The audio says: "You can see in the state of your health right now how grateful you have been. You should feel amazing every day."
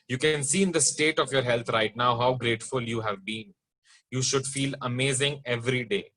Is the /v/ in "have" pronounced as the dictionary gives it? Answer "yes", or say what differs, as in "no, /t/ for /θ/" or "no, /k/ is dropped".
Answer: yes